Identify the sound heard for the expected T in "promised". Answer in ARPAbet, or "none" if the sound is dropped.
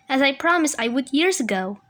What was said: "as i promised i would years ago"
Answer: none